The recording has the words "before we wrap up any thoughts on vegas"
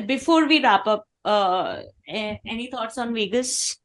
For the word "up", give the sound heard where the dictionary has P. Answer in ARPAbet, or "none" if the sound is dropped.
P